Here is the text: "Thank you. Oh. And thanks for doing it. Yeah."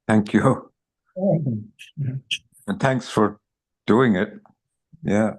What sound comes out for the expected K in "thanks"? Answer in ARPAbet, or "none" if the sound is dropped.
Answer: K